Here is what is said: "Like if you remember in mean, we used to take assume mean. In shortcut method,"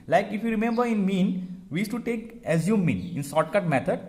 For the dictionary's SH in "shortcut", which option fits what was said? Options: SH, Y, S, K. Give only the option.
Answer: S